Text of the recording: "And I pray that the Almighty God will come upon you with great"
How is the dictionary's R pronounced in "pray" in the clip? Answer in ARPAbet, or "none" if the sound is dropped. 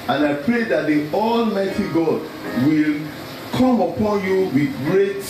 R